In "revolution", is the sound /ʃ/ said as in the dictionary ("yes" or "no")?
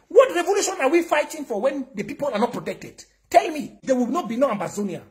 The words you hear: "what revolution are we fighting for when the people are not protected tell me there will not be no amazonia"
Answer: yes